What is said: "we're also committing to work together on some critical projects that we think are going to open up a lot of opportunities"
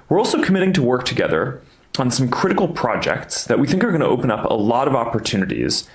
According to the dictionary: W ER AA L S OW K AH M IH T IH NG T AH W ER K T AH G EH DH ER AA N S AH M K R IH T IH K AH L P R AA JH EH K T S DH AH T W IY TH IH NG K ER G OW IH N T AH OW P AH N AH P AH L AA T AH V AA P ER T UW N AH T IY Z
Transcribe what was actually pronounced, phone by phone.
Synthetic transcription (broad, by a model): W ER AA L S OW K AH M IH T IH NG T AH W ER K T AH G EH DH ER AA N S AH M K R IH T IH K L P R AA JH EH K T S DH AH T W IY TH IH NG K ER G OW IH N T AH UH P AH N AH P AH L AA T AH V AA P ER T UW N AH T IY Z